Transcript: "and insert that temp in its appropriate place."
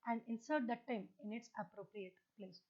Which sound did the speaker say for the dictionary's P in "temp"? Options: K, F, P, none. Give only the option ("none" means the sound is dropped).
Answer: none